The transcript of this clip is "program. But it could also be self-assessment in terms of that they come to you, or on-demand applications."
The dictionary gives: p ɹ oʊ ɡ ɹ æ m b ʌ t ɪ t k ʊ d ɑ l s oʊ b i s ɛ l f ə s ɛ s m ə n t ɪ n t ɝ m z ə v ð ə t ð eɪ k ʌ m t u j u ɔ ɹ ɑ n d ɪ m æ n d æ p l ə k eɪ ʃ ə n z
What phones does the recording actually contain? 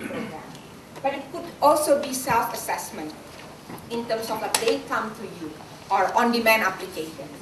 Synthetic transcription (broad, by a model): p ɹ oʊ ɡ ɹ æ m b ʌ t ɪ t k ʊ d ɑ l s oʊ b i s ɛ l f ə s ɛ s m ə n t ɪ n t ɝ m s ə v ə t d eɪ k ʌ m t u j u ɔ ɹ ɑ n d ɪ m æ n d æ p l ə k eɪ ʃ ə n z